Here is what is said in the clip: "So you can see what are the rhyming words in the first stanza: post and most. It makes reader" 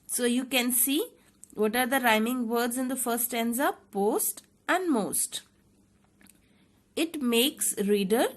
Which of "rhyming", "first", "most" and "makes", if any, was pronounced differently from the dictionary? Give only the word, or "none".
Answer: first